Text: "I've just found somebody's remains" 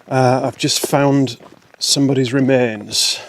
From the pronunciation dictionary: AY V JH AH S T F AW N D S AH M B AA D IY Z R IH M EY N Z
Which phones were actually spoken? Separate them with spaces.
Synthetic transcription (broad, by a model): AY V JH AH S T F AW N D S AH M B AA D IY Z R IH M EY N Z